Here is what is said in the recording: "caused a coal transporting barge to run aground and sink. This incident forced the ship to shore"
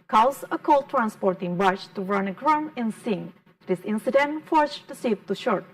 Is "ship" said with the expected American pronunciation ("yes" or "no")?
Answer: no